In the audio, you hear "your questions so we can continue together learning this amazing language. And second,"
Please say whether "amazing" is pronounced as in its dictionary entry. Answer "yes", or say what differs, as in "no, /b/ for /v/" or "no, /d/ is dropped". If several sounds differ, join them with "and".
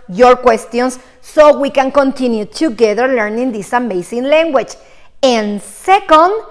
no, /s/ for /z/